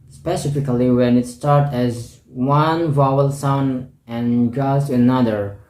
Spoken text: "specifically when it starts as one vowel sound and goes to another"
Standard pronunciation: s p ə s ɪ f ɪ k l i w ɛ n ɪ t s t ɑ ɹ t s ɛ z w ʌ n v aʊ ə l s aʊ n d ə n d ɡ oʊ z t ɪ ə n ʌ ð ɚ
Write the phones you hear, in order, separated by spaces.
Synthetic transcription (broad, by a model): s p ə s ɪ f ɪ k l i w ɛ n ɪ t s t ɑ ɹ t ɛ z w ʌ n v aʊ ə l s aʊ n ə n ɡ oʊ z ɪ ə n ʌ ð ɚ